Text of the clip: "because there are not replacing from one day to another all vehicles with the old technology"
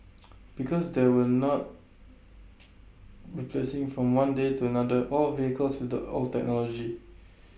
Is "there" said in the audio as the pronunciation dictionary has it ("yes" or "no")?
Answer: no